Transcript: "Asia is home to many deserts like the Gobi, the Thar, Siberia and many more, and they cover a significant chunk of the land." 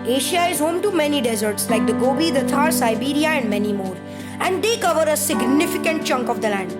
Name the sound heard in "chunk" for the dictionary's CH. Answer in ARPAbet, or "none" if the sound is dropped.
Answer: CH